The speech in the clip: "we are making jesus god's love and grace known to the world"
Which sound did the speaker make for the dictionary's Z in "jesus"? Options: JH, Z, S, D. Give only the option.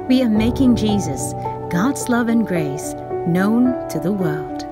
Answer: Z